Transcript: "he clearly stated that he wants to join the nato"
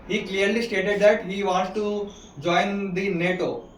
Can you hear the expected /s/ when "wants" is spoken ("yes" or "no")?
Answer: no